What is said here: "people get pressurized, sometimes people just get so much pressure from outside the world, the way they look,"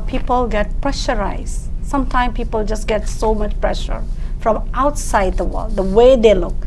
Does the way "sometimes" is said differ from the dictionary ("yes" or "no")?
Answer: yes